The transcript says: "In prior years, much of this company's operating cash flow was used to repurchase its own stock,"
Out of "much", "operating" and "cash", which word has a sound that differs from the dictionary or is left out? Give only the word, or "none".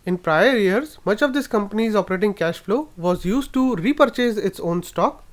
none